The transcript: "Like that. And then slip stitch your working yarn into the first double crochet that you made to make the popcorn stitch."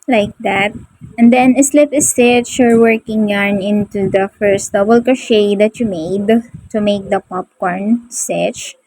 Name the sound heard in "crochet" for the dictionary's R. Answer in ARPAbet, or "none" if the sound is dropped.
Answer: none